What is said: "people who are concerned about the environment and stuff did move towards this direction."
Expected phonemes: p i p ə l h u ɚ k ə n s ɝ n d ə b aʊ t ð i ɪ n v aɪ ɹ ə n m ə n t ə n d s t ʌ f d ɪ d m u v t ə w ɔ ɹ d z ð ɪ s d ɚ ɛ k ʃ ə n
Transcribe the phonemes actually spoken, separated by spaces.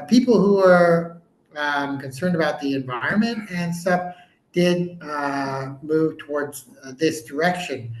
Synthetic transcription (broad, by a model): p i p l h u ɚ k ə n s ɝ n d ə b aʊ t ð i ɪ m v aɪ ɹ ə n m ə n t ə n s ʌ p d ɪ d m u v t ə w ɔ ɹ d z ð ɪ s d ɚ ɛ k ʃ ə n